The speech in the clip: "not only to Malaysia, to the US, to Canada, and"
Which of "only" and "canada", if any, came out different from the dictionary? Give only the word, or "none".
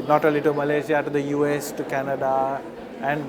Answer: only